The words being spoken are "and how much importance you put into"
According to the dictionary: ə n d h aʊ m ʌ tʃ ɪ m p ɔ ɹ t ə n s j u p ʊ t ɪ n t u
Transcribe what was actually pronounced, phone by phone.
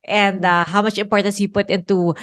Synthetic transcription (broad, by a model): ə n d h aʊ m ʌ tʃ ɪ m p ɔ ɹ t ə n s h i p ʊ t ɪ n t u